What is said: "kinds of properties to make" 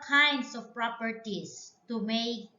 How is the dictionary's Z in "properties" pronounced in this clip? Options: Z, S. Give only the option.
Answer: S